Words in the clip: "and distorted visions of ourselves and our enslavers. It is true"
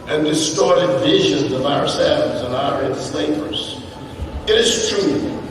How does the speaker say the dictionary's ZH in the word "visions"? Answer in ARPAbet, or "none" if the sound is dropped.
ZH